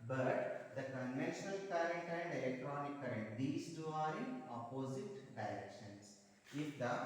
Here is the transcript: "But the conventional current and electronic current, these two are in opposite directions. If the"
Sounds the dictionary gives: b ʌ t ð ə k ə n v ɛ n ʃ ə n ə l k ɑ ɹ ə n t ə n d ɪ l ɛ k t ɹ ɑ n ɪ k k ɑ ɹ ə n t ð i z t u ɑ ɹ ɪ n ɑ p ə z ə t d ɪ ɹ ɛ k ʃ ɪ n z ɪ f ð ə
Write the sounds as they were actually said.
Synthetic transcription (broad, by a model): b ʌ t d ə k ə n v ɛ n ʃ ə n ə l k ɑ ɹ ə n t ə n d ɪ l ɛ k t ɹ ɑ n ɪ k k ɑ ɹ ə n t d i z t u ɑ ɹ ɪ n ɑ p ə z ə t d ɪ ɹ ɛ k ʃ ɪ n s ɪ f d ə